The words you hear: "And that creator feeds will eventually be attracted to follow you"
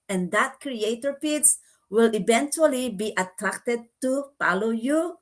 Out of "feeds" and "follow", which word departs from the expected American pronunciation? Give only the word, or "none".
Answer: feeds